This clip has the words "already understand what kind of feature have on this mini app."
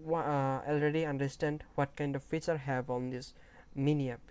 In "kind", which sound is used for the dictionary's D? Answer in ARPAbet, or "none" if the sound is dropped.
D